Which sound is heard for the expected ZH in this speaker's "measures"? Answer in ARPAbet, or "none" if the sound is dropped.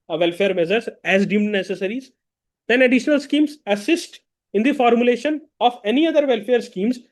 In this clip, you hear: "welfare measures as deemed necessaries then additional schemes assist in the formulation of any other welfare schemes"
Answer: Z